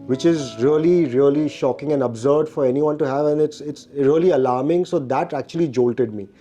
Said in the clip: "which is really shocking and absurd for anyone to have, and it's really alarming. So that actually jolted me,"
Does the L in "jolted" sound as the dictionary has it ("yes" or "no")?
yes